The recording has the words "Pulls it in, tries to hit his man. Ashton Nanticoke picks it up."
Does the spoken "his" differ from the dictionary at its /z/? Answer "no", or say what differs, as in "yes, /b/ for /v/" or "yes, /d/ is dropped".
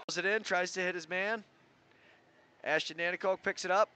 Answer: no